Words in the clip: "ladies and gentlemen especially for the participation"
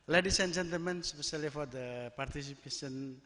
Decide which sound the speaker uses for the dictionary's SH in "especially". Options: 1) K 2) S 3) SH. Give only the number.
2